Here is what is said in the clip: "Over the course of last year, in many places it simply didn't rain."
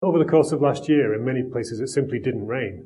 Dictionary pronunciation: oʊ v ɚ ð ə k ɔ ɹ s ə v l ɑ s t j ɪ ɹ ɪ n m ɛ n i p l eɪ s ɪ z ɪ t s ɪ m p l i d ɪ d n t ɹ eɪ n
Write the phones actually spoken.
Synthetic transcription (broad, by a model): oʊ v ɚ ð ə k ɔ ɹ s ə v l ɑ s t j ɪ ɹ ɪ n m ɛ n i p l eɪ s ɪ z ɪ t s ɪ m p l i d ɪ d n t ɹ eɪ n